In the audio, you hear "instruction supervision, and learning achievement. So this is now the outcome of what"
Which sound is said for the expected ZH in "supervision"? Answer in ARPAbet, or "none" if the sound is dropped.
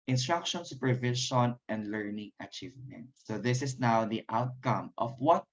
SH